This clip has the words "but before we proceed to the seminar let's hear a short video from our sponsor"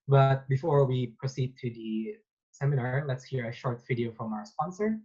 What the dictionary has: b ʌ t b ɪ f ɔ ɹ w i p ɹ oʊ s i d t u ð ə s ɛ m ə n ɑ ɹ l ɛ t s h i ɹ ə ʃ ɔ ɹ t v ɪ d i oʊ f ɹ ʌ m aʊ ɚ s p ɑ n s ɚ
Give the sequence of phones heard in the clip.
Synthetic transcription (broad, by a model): b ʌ t b ɪ f ɔ ɹ w i p ɹ oʊ s i d t u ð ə s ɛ m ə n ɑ ɹ l ɛ t s h i ɹ ə ʃ ɔ ɹ t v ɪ d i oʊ f ɹ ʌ m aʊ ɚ s p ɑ n s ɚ